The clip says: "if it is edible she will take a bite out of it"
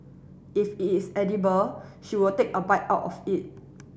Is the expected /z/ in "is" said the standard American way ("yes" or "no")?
no